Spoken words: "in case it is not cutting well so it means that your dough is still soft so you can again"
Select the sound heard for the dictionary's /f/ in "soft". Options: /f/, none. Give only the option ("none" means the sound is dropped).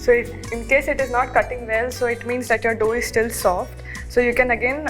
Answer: /f/